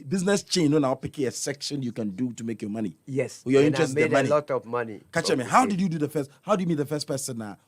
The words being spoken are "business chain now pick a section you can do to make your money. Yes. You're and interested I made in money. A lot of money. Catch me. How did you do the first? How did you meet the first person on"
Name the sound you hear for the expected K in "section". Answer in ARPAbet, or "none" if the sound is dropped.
K